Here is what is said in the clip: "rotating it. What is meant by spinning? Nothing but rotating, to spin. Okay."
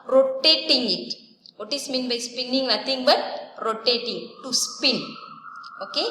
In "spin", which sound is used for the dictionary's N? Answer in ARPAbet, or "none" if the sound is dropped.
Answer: N